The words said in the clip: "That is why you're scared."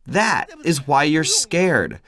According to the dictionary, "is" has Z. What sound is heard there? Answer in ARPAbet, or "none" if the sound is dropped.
Z